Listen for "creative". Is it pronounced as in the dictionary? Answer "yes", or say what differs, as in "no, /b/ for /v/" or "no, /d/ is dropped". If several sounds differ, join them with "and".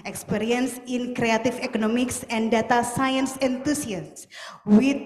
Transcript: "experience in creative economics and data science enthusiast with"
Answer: no, /f/ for /v/